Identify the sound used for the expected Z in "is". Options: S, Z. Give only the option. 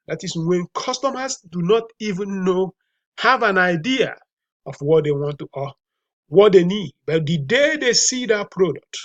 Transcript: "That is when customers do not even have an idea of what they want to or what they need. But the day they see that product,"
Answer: S